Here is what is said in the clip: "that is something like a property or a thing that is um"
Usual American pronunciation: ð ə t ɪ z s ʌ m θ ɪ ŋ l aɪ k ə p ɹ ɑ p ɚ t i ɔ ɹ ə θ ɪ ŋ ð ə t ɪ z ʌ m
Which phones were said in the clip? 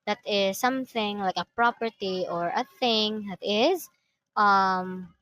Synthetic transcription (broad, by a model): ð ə t ɪ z s ʌ m θ ɪ ŋ l aɪ k ə p ɹ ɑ p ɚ t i ɔ ɹ ə θ ɪ ŋ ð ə t ɪ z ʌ m